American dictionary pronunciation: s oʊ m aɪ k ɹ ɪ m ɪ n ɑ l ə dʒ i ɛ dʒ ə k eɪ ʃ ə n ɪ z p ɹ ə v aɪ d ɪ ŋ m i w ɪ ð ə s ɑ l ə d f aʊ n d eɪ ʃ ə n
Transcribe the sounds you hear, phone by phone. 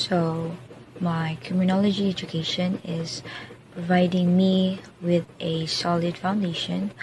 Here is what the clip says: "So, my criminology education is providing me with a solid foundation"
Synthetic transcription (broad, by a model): s oʊ m aɪ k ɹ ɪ m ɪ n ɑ l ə dʒ i ɛ dʒ ə k eɪ ʃ ə n ɪ z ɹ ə ɪ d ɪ ŋ m i w ɪ ð ə s ɑ l ə d f aʊ n d eɪ ʃ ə n